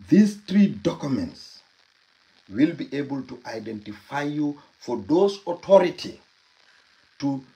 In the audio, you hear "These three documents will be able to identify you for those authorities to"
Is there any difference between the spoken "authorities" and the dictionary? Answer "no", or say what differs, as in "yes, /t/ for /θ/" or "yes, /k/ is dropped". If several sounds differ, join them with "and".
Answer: yes, /t/ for /θ/ and /z/ is dropped